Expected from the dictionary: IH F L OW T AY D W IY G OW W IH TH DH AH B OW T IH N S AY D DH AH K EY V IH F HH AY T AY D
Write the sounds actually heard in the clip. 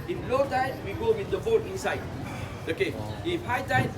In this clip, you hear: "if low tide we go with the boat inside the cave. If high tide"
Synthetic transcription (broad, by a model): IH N L OW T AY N W IY G OW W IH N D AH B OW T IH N S AY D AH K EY IH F HH AY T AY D